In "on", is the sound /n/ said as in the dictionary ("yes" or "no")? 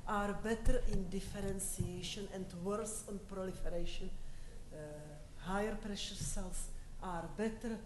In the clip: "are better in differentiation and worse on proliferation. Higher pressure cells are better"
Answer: yes